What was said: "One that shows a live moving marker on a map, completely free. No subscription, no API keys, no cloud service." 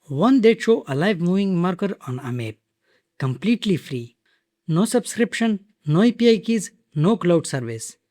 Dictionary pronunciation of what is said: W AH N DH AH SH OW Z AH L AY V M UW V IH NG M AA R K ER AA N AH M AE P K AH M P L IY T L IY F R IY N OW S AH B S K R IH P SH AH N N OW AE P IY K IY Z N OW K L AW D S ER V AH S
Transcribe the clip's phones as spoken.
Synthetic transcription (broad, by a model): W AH N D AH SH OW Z AH L AY V M UW V IH NG M AA R K ER AA N AH M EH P K AH M P L IY T L IY F R IY N OW S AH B S K R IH P SH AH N N OW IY P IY K IY Z N OW K L AW D S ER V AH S